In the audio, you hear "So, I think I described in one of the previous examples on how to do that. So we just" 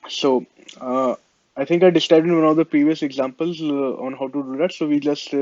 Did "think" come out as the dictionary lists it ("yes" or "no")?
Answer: no